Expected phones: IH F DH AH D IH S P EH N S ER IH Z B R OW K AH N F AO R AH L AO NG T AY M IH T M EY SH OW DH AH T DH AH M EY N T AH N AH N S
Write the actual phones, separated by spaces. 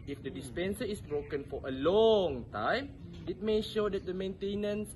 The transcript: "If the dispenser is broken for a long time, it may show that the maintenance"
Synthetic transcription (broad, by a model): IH F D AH D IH S P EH N S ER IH S B R OW K AH N F AO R AH L AO NG T AY M IH T M EY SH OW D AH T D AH M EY N T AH N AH N S